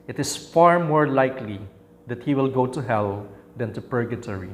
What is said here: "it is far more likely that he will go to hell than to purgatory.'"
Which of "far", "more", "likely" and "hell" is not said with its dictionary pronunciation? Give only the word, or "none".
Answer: none